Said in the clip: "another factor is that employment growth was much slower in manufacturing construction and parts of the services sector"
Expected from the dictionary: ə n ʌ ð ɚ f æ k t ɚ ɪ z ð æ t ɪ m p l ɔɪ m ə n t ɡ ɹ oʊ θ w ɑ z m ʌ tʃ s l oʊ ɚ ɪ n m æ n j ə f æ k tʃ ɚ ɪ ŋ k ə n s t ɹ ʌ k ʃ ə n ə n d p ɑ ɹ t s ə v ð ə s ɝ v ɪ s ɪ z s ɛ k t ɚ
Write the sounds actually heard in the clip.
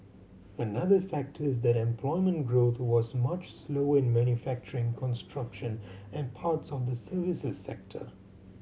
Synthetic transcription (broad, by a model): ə n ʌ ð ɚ f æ k t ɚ ɪ z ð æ t ɪ m p l ɔɪ m ə n t ɡ ɹ oʊ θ w ɑ z m ʌ tʃ s l oʊ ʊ ɪ n m æ n j ə f æ k tʃ ɚ ɪ ŋ k ə n s t ɹ ʌ k ʃ ə n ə n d p ɑ ɹ t s ə v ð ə s ɝ v ɪ s ɪ z s ɛ k t ɚ